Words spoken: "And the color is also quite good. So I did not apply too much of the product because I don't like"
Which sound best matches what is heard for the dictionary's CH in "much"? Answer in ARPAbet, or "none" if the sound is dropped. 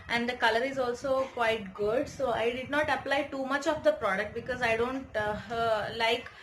CH